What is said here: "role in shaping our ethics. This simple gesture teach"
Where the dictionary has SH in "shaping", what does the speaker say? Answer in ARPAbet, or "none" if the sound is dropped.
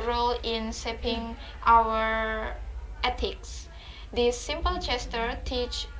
S